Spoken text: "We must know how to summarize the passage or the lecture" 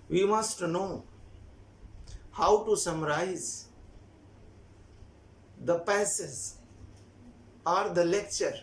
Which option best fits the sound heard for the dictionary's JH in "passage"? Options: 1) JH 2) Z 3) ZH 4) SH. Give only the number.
2